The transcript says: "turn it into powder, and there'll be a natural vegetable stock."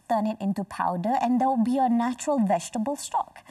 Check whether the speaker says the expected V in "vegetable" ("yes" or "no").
yes